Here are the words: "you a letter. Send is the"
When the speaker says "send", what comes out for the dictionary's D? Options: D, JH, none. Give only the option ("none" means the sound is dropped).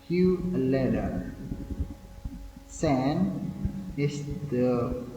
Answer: none